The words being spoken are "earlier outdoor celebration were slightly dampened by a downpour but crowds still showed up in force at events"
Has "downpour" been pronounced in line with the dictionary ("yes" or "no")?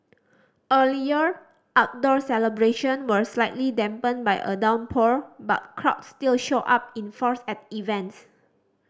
yes